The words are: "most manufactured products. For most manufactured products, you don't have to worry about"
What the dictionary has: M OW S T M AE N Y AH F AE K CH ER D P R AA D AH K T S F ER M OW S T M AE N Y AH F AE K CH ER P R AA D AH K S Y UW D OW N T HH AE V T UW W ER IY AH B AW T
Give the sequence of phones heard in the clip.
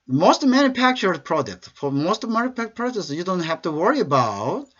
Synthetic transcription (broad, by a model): M OW S T M AE N Y AH F AE K CH ER D P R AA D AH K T S F ER M OW S T M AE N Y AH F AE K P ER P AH S Y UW D OW N T HH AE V T UW W ER IY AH B AW T